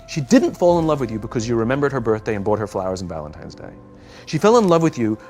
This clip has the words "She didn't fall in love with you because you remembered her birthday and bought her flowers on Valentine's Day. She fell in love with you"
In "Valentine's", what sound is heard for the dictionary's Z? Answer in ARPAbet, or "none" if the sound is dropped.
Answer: Z